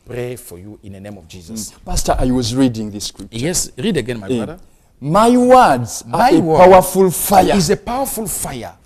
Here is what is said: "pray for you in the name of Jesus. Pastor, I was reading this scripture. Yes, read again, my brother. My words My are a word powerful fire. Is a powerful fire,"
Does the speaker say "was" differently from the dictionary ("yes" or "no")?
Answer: no